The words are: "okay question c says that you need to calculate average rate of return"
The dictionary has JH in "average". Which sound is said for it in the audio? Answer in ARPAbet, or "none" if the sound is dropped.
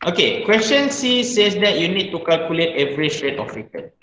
SH